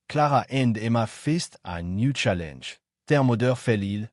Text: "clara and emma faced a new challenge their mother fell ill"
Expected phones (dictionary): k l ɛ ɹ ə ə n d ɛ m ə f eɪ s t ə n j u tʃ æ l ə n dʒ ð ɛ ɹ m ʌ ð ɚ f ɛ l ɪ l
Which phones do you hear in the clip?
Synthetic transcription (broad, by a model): k l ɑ ɹ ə ə n d ɛ m ə f eɪ s t ə n j u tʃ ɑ l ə n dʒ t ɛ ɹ m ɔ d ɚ f ɛ l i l